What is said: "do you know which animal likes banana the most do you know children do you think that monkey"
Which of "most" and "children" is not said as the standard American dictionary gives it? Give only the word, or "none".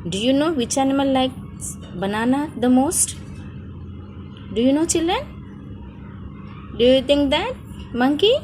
children